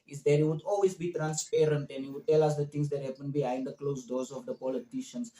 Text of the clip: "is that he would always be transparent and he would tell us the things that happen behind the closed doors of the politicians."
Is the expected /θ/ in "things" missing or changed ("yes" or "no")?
yes